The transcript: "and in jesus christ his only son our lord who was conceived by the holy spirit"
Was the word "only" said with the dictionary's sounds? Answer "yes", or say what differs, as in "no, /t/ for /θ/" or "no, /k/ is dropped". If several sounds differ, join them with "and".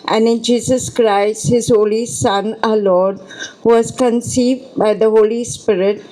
no, /n/ is dropped